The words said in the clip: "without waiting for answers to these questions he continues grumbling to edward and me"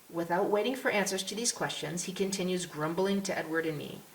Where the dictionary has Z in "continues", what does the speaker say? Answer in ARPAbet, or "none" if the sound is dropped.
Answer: Z